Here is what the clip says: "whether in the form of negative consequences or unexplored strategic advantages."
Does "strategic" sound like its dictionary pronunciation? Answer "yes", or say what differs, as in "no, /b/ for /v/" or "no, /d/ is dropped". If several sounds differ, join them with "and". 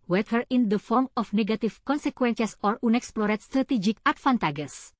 yes